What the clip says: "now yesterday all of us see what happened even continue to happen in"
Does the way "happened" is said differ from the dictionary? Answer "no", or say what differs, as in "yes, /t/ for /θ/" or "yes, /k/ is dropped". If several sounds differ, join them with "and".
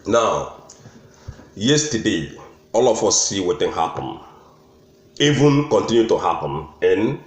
yes, /d/ is dropped